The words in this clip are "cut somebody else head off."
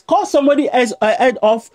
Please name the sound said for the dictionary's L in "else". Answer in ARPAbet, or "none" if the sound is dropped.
none